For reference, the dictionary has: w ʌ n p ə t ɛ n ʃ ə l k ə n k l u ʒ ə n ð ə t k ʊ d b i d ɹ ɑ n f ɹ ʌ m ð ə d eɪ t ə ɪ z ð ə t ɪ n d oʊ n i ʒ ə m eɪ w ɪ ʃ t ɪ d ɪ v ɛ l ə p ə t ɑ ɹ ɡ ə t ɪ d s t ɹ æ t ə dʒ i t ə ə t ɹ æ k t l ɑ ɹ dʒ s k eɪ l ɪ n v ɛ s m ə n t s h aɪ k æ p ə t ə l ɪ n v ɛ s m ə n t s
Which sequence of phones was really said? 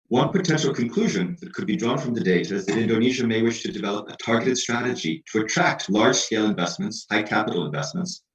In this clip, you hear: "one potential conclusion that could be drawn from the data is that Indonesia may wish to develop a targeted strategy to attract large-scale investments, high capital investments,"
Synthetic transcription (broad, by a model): w ʌ n p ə t ɛ n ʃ l k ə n k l u ʒ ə n ð ə t k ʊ d b i d ɹ ɑ n f ɹ ʌ m ð ə d eɪ t ə ɪ z ð ə t ɪ n d oʊ n i ʒ ə m eɪ w ɪ ʃ t ɪ d ɪ v ɛ l ə p ə t ɑ ɹ ɡ ə t ɪ d s t ɹ æ t ə dʒ i t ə ə t ɹ æ k t l ɑ ɹ dʒ s k eɪ l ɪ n v ɛ s m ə n t s h aɪ k æ p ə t l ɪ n v ɛ s m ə n t s